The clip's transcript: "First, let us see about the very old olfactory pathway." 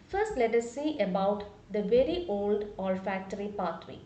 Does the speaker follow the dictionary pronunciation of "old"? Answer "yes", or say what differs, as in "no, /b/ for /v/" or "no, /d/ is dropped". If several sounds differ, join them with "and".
yes